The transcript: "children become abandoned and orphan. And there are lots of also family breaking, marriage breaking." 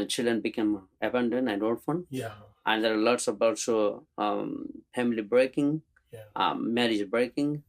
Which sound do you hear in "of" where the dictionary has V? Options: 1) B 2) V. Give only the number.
1